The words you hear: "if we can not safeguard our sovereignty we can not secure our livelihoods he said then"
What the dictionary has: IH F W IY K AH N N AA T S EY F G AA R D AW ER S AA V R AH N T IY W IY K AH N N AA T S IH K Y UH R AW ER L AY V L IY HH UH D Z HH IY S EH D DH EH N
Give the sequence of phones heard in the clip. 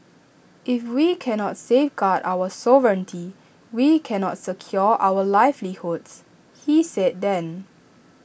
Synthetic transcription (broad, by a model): IH F W IY K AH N N AA T S EY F G AA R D AW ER S AA V R AH N T IY W IY K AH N N AA T S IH K Y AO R AW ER L AY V L IY HH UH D S HH IY S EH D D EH N